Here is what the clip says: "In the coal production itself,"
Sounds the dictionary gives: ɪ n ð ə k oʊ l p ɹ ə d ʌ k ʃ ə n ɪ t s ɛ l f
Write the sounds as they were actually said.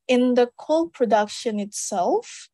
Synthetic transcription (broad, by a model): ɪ n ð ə k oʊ l p ɹ ə d ʌ k ʃ ə n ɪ t s ɛ l f